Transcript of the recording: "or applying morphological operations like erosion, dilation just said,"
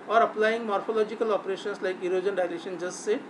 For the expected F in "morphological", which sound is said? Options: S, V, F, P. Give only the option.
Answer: P